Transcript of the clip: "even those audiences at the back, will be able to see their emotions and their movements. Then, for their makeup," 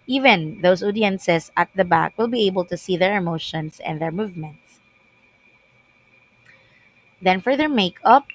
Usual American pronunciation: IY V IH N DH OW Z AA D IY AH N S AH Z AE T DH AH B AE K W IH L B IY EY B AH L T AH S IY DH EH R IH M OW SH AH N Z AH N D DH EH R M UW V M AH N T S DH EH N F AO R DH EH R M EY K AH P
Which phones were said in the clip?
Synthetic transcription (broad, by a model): IY V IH N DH OW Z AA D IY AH N S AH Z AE T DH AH B AE K W IH L B IY EY B AH L T AH S IY DH EH R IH M OW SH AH N S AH N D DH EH R M UW V M AH N T S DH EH N F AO R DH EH R M EY K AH P